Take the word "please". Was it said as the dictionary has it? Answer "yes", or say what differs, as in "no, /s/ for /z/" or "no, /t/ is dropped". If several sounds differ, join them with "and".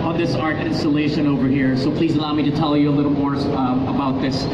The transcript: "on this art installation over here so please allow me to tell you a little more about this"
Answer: yes